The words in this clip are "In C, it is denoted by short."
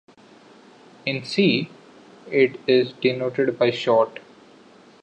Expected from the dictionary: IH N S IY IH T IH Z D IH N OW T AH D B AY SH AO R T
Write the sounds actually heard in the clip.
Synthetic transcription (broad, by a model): IH N S IY IH T IH Z D IH N OW T AH D B AY SH AO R T